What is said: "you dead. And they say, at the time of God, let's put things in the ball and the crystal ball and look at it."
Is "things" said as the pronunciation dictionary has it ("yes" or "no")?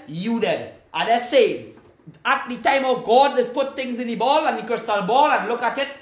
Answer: no